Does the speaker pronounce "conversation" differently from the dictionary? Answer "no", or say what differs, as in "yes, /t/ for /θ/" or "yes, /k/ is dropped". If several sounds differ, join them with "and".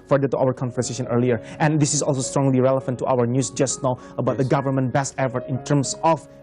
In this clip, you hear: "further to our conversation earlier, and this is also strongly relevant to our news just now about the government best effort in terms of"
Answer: yes, /f/ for /v/